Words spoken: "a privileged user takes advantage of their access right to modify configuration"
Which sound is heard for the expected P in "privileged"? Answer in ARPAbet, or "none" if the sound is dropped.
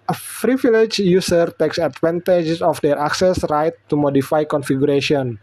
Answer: F